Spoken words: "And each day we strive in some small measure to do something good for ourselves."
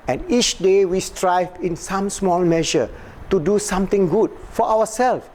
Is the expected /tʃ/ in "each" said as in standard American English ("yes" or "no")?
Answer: yes